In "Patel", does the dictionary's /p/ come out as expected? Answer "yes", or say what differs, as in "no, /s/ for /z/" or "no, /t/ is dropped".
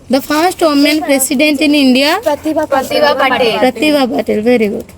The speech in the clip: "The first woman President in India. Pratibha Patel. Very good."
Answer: no, /b/ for /p/